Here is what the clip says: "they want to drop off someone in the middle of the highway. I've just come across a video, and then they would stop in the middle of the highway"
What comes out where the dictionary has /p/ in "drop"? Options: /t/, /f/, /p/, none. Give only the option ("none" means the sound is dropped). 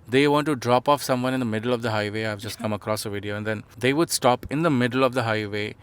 /p/